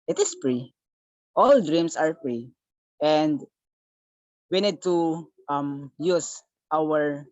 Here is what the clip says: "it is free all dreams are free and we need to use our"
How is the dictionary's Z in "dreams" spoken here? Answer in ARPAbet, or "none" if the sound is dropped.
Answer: S